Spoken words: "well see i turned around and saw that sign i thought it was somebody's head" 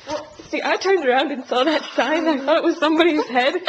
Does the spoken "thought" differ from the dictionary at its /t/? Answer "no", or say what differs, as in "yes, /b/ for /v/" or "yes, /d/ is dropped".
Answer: no